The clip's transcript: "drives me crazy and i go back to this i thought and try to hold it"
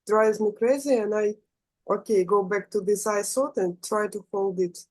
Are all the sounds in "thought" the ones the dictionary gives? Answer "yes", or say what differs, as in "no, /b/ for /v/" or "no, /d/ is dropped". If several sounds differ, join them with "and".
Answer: no, /s/ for /θ/